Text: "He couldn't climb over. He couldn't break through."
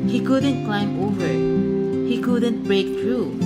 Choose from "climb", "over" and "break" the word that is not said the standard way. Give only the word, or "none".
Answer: none